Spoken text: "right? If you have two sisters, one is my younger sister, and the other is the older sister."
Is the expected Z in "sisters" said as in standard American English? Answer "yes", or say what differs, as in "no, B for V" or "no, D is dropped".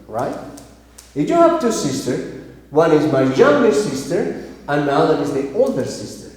no, Z is dropped